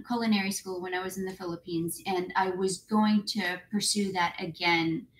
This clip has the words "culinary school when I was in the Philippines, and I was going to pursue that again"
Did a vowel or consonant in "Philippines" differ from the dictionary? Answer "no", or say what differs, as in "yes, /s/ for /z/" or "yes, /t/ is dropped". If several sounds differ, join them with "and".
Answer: no